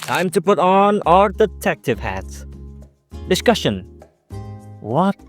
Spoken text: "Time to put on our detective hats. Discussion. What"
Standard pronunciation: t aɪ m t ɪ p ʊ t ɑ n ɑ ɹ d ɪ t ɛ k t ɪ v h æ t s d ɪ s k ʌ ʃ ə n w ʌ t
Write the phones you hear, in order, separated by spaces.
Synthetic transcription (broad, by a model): t aɪ m t ɪ p ʊ t n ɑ l d ɪ t ɛ k t ɪ v h æ t s d ɪ s k ʌ ʃ ə n w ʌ t